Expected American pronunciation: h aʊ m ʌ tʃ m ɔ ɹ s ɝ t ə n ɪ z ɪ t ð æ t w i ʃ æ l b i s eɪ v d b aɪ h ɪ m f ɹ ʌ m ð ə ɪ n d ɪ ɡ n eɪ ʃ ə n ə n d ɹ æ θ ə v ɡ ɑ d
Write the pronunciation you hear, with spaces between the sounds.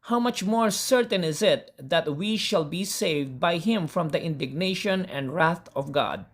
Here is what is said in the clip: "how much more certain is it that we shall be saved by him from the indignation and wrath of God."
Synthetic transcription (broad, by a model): h aʊ m ʌ tʃ m ɔ ɹ s ɝ t ə n ɪ z ɪ t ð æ t w i ʃ æ l b i s eɪ v d b aɪ h ɪ m f ɹ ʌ m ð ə ɪ n d ɪ ɡ n eɪ ʃ ə n ə n d ɹ æ θ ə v ɡ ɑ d